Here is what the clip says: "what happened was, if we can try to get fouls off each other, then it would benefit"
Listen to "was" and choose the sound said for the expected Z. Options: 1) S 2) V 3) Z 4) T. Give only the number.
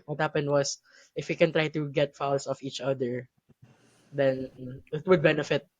1